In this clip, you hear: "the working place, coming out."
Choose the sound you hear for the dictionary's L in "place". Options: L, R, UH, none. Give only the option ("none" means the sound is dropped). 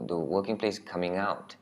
L